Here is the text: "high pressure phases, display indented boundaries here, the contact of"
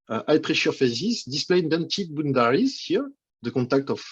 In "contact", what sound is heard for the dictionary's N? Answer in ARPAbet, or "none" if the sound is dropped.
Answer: none